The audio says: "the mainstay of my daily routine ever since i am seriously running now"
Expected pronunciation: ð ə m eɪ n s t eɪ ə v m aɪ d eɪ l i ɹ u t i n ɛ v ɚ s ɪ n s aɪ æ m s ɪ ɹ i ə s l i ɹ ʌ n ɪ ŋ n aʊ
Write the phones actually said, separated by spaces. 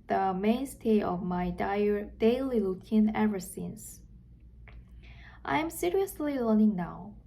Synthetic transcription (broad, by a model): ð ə m eɪ n s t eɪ ə v m aɪ d eɪ l i l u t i n ɛ v ɚ s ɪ n s aɪ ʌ m s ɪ ɹ i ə s l i l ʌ n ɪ ŋ n aʊ